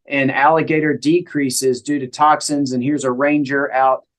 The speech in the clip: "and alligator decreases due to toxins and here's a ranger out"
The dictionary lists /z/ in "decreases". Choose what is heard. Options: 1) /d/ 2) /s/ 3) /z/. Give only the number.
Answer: 3